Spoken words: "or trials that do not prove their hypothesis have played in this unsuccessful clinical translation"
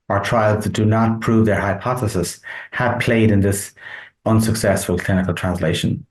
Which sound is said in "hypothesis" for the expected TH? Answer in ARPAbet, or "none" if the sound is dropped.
TH